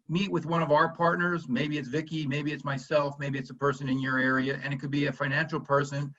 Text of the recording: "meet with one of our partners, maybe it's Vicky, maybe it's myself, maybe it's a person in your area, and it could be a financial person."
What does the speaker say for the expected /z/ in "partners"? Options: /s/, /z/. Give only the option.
/z/